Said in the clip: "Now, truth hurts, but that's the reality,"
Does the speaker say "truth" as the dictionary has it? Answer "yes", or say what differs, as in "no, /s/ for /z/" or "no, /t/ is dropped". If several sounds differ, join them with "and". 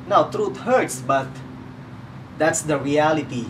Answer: no, /t/ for /θ/